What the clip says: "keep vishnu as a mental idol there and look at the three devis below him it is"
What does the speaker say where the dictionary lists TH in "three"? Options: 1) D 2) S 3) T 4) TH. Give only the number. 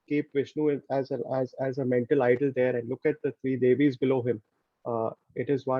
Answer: 3